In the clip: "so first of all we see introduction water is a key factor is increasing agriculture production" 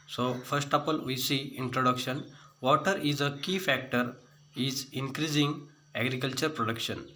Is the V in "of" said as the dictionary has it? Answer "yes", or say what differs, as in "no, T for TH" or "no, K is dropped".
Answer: no, P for V